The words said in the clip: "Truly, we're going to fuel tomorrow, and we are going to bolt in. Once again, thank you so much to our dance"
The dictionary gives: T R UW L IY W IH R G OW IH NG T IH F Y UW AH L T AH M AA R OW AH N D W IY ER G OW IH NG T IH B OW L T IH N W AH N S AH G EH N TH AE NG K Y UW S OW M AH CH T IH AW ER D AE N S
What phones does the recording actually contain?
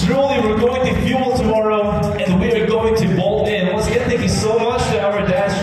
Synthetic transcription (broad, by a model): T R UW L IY W IH R G OW IH NG T IH F Y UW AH L T AH M AA R OW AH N W IY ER G OW IH NG T IH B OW L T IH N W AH S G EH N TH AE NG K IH S OW M AH CH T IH AW ER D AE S